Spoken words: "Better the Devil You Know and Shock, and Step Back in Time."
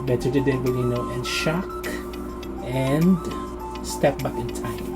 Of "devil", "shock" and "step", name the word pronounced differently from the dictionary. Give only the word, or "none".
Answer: devil